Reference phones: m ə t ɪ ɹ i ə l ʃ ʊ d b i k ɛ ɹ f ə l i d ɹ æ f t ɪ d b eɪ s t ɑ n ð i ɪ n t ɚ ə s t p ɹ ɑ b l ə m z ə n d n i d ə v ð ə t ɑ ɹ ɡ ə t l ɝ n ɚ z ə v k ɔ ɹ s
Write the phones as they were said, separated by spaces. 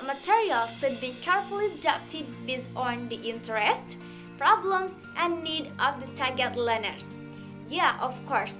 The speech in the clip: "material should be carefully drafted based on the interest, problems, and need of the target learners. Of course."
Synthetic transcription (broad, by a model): m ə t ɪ ɹ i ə l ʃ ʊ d b i k ɛ ɹ f ə l i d æ p t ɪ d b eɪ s ɑ n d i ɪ n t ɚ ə s t p ɹ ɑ b l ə m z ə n n i d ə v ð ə t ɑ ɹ ɡ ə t l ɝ n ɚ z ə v k ɔ ɹ s